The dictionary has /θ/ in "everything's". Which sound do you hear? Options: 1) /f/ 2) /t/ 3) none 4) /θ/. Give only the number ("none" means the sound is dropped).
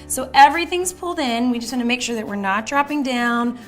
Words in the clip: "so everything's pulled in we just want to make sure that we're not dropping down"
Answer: 4